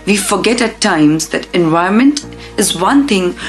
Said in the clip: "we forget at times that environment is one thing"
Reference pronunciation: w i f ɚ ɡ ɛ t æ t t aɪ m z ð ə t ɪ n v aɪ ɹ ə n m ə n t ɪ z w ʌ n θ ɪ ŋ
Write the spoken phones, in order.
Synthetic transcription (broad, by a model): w i f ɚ ɡ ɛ t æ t t aɪ m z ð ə t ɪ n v aɪ ə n m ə n t ɪ z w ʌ n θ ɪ ŋ